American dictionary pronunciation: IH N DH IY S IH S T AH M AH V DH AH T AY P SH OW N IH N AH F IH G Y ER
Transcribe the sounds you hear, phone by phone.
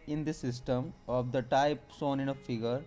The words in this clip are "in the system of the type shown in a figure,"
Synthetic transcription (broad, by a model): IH N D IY S IH S T AH M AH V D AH T AY P S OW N IH N AH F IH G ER